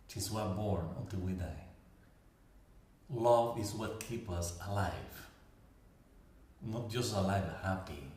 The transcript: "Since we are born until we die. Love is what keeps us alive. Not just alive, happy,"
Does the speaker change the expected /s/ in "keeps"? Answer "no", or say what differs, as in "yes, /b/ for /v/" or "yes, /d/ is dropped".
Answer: yes, /s/ is dropped